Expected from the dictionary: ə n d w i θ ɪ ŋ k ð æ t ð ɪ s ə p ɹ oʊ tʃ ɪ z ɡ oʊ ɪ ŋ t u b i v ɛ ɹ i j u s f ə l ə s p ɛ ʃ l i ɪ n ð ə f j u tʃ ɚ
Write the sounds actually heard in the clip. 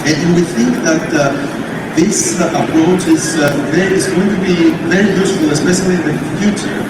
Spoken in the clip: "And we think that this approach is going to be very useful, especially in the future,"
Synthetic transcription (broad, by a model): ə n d w i θ ɪ ŋ k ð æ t ð ɪ s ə p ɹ oʊ tʃ ɪ z ɡ oʊ ɪ ŋ t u b i v ɛ ɹ i j u s f ə l ə s p ɛ ʃ l i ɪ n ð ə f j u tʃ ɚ